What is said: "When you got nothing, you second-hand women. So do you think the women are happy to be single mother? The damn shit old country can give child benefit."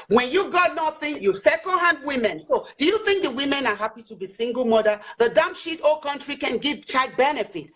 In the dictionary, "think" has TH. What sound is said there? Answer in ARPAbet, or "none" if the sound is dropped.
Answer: TH